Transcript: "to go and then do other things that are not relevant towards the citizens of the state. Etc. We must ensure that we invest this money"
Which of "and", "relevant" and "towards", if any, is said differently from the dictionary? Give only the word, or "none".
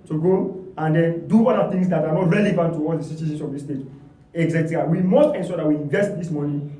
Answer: towards